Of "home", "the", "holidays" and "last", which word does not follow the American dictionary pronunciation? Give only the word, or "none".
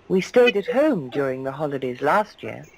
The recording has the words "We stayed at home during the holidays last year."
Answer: none